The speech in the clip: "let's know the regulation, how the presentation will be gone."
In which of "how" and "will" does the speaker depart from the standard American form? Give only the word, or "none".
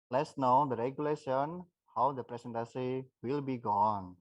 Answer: none